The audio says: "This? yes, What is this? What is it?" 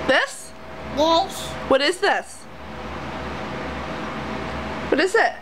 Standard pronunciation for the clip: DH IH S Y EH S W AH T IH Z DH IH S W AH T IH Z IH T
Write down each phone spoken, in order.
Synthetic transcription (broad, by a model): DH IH S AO W AH T IH Z DH IH S W AH T IH Z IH T